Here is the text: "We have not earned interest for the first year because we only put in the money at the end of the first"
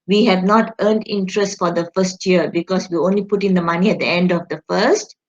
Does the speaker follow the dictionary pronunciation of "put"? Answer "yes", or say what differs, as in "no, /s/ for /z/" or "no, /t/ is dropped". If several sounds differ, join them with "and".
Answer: yes